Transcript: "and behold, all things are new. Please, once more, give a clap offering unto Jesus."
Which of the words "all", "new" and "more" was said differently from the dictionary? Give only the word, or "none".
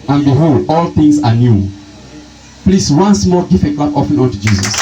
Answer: more